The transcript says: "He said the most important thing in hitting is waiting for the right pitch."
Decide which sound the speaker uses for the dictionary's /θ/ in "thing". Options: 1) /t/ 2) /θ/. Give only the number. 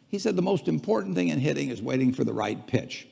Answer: 2